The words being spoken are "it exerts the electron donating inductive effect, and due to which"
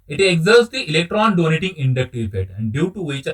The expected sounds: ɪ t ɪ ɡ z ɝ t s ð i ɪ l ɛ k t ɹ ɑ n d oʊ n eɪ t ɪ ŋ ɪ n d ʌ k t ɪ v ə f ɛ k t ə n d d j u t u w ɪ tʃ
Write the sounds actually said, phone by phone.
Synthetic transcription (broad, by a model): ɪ t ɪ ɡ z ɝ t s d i ɪ l ɛ k t ɹ ɑ n d oʊ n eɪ t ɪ ŋ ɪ n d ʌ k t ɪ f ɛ t ə n d d j u t u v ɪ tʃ